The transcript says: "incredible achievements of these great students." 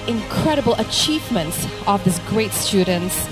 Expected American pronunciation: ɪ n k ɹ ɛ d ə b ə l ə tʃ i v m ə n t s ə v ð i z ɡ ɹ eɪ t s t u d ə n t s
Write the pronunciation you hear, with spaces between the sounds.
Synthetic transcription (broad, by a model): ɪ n k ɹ ɛ d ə b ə l ə tʃ i v m ə n t s ə v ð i s ɡ ɹ eɪ t s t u d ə n t s